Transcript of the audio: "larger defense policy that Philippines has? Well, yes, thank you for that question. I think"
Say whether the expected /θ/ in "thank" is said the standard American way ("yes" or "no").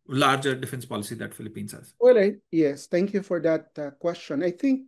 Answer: no